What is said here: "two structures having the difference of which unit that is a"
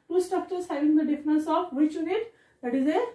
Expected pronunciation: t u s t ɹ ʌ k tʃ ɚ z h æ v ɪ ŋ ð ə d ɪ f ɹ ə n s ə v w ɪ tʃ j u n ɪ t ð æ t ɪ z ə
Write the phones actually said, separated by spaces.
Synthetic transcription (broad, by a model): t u s t ʌ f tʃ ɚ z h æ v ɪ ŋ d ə d ɪ f ɹ ə n s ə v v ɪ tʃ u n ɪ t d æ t ɪ z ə